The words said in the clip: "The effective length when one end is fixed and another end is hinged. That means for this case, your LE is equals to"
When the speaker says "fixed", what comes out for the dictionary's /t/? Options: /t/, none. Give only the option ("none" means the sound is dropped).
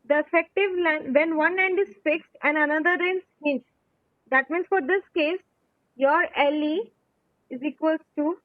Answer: /t/